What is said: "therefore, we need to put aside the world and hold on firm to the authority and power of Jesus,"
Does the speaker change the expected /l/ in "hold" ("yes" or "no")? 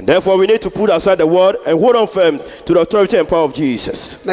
yes